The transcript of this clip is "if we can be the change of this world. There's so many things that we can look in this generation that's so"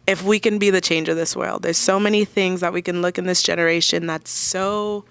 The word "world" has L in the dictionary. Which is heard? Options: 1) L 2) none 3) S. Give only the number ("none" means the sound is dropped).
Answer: 1